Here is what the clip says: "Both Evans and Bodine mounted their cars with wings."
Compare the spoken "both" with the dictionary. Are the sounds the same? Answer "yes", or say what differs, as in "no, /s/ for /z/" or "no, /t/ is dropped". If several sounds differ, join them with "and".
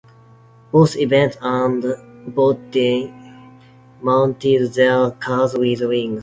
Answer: no, /s/ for /θ/